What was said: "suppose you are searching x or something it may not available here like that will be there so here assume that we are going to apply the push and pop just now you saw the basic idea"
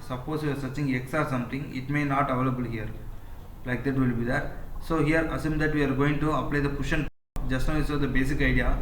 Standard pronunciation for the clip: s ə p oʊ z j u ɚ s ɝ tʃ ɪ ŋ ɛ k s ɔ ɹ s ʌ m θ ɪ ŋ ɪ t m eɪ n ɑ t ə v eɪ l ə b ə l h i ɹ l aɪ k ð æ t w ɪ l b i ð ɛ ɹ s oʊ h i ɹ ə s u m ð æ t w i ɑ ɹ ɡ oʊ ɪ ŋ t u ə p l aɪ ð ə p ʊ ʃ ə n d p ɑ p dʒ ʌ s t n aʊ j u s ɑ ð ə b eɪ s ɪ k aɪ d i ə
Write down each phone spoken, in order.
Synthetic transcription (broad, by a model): s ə p oʊ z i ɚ s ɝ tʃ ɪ ŋ ɛ k s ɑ ɹ s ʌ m t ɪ ŋ ɪ t m eɪ n ɑ t ə v eɪ l ə b ə l h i ɹ l aɪ k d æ t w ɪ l b i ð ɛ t s oʊ h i ɹ ə s u m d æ t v i ɑ ɹ ɡ oʊ ɪ ŋ t u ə p l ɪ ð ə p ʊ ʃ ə n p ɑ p dʒ ʌ s t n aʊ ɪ s ɑ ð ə b eɪ s ɪ k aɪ d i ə